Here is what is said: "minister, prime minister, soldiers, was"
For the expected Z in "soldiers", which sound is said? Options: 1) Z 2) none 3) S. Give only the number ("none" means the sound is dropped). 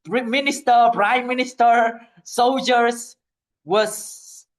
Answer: 3